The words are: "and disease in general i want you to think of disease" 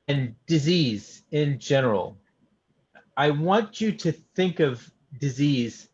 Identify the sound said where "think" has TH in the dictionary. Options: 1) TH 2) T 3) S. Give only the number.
1